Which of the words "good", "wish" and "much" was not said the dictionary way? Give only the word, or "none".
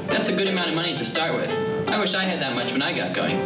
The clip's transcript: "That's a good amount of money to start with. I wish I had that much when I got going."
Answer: none